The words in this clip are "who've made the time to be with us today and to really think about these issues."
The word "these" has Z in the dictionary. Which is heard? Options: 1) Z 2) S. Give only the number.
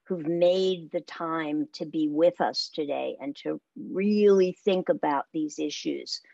1